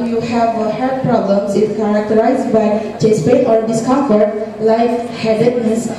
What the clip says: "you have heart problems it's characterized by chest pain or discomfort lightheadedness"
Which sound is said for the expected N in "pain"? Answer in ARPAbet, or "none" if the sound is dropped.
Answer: none